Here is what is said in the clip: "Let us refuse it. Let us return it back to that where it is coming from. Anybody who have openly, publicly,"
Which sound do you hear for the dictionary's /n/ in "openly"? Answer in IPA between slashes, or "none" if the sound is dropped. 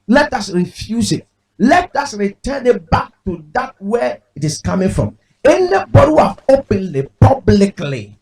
/n/